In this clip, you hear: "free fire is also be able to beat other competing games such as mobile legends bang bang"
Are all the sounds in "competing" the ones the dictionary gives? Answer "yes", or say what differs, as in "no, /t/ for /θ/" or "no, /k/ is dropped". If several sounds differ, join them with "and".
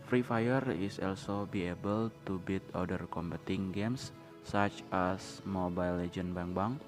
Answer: no, /b/ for /p/